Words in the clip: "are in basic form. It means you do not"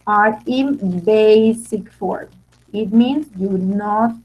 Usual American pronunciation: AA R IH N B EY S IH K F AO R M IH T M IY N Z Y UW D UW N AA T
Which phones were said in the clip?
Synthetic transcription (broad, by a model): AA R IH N B EY S IH K F AO R M IH T M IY N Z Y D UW N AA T